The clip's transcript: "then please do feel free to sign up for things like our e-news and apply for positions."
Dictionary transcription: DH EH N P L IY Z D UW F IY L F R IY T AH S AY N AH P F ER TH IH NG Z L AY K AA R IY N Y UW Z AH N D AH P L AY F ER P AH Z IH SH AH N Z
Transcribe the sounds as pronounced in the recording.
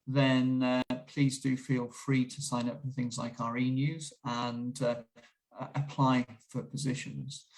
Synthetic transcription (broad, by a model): DH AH N P L IY Z D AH F IY L F R IY T AH S AY N AH P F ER TH IH NG Z L AY K AA R IY N Y UW Z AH N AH AH P L AY F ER P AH Z IH SH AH N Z